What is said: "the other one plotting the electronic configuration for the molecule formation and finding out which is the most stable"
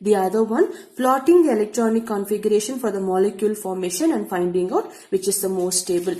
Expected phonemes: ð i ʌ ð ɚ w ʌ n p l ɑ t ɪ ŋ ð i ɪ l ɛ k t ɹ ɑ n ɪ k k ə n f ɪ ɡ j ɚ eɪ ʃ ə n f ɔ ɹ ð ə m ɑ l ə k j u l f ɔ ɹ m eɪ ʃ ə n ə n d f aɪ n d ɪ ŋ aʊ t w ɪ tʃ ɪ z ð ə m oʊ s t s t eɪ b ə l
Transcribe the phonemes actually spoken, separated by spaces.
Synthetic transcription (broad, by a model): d i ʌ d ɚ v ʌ n p l ɑ t ɪ ŋ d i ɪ l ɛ k t ɹ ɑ n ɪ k k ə n f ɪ ɡ j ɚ eɪ ʃ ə n f ɔ ɹ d ə m ɑ l ə k j u l f ɔ ɹ m eɪ ʃ ə n ə n d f aɪ n d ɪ ŋ aʊ t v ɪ tʃ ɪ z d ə m oʊ s t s t eɪ b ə l